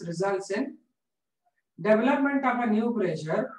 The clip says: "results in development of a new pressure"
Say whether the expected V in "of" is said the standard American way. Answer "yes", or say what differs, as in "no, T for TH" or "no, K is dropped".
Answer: no, P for V